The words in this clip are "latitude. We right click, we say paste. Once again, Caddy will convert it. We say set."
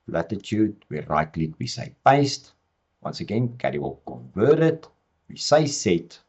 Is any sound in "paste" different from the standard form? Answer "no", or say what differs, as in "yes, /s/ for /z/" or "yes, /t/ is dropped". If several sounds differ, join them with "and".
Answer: no